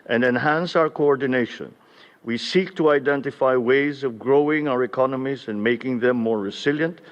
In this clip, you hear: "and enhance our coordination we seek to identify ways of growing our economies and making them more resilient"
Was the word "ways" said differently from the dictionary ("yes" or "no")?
no